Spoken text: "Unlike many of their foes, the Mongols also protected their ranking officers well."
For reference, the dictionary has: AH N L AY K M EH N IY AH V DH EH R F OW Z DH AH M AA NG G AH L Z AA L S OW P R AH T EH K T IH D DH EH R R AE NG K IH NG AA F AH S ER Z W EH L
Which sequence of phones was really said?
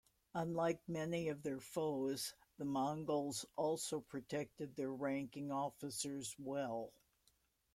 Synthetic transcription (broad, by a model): AH N L AY K M EH N IY AH V DH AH R F OW Z DH AH M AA NG G L Z AA L S OW P R AH T EH K T IH D DH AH R R AE NG K IH NG AA F AH S ER Z W EH L